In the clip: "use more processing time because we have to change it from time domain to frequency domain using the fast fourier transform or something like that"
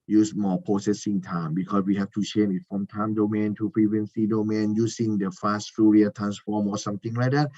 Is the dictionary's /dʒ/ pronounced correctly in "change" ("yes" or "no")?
no